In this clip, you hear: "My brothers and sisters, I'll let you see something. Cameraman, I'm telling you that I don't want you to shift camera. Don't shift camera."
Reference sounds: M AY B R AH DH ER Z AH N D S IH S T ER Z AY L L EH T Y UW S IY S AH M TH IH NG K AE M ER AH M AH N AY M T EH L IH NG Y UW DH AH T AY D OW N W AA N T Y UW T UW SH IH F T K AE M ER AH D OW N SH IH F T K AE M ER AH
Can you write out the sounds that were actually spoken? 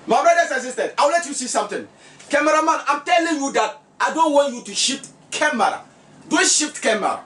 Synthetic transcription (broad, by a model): M AY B R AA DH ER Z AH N S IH S T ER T AY W L EH T Y UW S IY S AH M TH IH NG K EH M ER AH M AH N AY M T EH L IH NG Y UW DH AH T AY D OW N W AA N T Y UW T UW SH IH P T K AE M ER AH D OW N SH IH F T K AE M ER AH